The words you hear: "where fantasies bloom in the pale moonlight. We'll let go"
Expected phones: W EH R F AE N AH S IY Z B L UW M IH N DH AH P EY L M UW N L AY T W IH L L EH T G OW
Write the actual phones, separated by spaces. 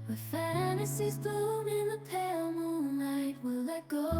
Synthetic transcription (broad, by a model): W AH F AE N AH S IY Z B UW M IH N DH AH P EY L M UW N L AY T W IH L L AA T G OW